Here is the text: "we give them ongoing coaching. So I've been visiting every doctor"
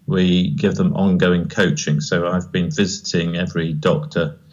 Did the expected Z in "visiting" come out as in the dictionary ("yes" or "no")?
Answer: yes